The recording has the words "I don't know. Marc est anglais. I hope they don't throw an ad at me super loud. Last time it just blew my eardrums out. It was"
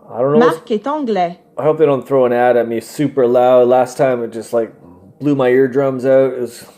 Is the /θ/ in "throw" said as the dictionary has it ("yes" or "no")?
yes